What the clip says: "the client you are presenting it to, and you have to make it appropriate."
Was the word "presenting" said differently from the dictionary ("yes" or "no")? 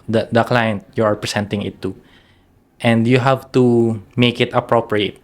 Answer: yes